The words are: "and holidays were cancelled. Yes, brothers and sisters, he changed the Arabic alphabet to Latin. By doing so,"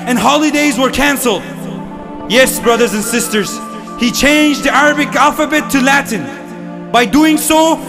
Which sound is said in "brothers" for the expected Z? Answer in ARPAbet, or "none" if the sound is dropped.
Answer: Z